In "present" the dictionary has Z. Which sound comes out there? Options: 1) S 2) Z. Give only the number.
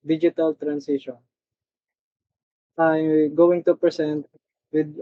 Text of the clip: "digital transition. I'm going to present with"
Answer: 1